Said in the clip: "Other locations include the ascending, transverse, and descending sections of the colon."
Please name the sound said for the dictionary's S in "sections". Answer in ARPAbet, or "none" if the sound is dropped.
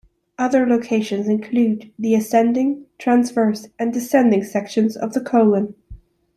S